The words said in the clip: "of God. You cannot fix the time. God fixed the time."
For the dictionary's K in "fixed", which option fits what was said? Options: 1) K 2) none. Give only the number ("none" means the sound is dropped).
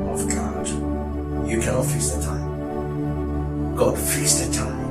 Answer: 2